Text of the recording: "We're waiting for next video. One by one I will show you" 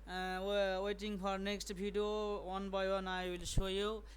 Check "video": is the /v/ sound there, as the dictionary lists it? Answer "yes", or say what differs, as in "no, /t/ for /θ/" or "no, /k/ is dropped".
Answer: no, /b/ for /v/